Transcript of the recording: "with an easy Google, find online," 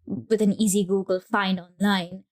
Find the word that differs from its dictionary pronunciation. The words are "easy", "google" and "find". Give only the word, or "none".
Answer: find